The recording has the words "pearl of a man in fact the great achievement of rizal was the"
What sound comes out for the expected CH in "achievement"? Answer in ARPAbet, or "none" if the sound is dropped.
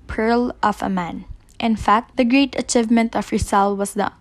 CH